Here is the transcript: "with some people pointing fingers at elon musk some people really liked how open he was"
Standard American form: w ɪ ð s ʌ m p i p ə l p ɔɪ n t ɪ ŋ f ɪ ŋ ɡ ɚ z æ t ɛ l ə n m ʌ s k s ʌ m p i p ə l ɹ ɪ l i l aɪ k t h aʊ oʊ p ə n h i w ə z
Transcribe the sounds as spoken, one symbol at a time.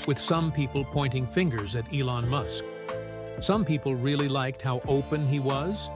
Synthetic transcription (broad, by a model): w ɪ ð s ʌ m p i p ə l p ɔɪ n t ɪ ŋ f ɪ ŋ ɡ ɚ z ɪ t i l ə n m ʌ s k s ʌ m p i p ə l ɹ ɪ l i l aɪ k t h aʊ oʊ p ə n i w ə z